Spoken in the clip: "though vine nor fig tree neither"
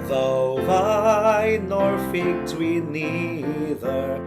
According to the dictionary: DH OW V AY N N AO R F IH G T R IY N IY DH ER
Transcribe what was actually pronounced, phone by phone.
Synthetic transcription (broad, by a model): DH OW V AY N N AO R F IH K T W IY N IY DH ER